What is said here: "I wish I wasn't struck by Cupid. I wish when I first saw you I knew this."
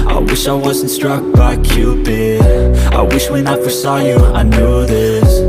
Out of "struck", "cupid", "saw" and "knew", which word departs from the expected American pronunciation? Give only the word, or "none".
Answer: cupid